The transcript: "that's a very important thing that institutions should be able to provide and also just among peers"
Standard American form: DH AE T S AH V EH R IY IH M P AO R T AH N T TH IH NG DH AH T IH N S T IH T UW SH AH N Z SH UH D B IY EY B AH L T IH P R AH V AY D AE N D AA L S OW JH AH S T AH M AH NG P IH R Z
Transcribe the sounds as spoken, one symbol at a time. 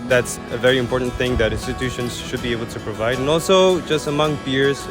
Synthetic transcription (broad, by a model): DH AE T S AH V EH R IY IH M P AO R T N TH IH NG DH AH T IH N S T IH T UW SH AH N Z SH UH D B IY EY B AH L T IH P R AH V AY D N AA L S OW JH AH S T AH M AH NG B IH R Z